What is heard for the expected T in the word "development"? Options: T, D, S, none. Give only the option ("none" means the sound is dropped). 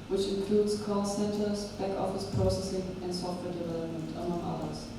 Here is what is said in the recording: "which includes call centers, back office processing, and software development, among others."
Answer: T